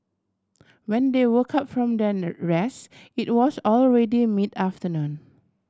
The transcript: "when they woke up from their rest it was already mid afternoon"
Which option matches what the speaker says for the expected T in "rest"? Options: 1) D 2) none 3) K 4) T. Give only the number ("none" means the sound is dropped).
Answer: 2